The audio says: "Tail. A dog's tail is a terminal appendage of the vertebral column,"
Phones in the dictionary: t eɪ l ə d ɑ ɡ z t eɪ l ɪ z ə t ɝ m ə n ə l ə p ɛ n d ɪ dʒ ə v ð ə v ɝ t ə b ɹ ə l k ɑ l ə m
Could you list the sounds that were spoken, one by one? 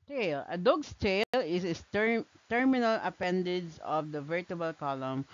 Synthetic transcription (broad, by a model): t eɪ l ə d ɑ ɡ s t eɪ l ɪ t ə t ɝ m ə n ə l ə p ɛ n d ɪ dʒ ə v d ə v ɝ t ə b ə l k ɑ l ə m